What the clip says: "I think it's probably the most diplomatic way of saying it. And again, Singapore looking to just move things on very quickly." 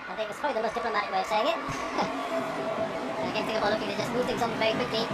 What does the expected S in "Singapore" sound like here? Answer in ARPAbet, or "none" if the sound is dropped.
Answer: TH